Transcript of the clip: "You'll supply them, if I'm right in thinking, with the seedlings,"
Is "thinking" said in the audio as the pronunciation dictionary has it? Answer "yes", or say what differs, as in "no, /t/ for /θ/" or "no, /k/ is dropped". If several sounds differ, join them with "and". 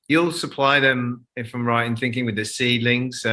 yes